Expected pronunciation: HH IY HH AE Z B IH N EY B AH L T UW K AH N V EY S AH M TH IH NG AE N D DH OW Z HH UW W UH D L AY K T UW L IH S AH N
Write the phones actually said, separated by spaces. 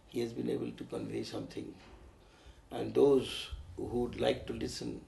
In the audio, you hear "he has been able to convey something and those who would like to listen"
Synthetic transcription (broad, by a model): HH IY HH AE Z B IH N EY B AH L T UW K AH N V EY S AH M T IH NG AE N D OW Z HH UW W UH D L AY K T UW L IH S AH N